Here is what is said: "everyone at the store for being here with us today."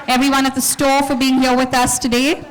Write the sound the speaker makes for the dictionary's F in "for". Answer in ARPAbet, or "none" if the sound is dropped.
F